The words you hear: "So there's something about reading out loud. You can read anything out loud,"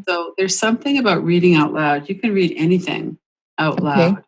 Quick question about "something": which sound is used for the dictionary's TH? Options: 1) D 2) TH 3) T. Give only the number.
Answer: 2